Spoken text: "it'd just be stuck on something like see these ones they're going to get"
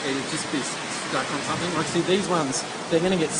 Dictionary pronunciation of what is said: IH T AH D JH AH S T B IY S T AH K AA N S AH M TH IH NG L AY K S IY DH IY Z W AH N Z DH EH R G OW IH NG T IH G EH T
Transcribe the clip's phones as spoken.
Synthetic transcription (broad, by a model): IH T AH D JH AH S B IY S S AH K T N S AH M TH IH NG W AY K S IY DH IY Z W AH N Z DH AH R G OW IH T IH G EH T